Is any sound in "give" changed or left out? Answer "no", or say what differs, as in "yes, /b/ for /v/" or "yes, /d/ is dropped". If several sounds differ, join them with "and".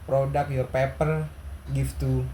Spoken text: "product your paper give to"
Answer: yes, /f/ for /v/